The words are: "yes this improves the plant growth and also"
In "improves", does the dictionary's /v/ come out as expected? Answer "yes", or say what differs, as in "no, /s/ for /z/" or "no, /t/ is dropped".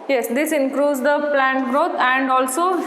no, /v/ is dropped